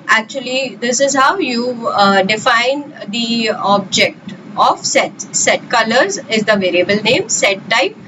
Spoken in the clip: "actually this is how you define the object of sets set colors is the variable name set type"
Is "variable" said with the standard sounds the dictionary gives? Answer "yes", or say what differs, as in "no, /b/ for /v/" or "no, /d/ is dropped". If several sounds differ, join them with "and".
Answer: yes